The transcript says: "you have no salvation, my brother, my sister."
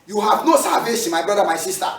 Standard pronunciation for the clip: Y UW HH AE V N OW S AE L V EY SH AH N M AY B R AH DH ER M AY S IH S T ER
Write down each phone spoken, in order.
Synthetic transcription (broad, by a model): Y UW HH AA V N OW S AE V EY S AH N M AY B R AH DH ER M AY S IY S T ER